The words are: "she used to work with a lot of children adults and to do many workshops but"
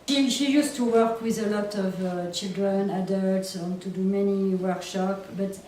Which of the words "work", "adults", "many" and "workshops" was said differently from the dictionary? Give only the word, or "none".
workshops